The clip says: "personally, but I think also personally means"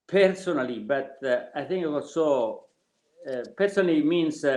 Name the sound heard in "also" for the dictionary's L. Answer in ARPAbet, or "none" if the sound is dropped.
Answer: W